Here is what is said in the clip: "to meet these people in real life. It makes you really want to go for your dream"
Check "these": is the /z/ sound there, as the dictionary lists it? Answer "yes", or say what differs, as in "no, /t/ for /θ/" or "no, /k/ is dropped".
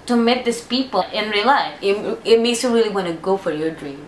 no, /s/ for /z/